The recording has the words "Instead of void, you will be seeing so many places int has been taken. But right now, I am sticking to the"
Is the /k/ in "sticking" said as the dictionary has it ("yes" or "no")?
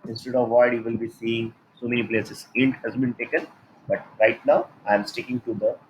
yes